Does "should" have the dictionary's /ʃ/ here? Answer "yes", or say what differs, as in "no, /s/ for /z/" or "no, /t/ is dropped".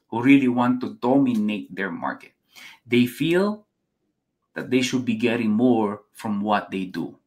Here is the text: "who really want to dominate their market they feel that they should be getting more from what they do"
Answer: yes